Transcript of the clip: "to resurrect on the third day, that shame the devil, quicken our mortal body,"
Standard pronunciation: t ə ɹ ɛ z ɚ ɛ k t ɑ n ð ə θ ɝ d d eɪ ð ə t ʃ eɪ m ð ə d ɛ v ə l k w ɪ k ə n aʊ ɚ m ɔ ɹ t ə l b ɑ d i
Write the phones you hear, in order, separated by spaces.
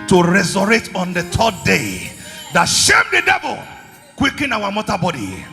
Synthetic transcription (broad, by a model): t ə ɹ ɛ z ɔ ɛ t ɑ n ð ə t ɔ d d eɪ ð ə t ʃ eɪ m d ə d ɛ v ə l k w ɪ k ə n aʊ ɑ m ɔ t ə b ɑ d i